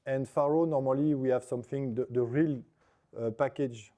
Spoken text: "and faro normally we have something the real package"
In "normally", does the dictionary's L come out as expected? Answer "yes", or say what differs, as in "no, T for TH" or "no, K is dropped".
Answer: yes